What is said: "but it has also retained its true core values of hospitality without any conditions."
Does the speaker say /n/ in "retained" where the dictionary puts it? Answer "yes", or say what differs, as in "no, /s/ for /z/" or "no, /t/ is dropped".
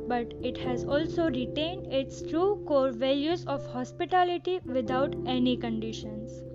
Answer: yes